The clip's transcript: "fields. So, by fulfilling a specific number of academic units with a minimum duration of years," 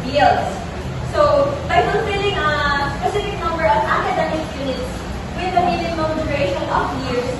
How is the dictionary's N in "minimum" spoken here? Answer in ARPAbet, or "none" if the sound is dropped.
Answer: L